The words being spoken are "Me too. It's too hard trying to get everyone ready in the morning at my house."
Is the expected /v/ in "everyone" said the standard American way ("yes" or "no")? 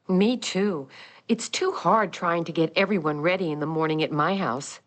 yes